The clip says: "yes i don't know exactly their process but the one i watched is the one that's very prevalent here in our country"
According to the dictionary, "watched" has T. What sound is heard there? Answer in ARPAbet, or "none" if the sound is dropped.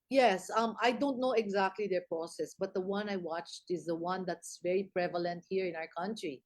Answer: T